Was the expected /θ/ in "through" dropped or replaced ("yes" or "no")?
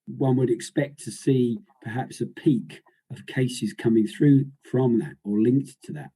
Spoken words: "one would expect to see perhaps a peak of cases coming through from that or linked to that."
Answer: no